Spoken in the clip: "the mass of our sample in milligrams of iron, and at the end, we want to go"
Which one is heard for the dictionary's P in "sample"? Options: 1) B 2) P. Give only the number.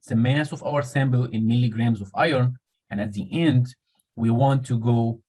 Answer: 1